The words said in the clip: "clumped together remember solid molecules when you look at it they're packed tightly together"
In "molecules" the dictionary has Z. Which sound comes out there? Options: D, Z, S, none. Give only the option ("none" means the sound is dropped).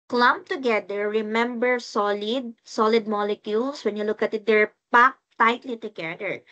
S